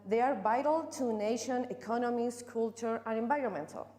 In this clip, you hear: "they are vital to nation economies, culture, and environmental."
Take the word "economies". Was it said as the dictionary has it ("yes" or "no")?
no